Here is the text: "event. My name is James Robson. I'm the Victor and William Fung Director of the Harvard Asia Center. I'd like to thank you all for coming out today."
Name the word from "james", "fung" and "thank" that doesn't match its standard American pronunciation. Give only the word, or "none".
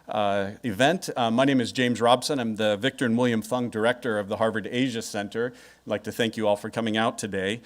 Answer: none